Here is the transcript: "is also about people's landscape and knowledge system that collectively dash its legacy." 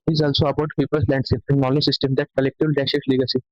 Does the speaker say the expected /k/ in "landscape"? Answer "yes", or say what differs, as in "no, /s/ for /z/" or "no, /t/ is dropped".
no, /k/ is dropped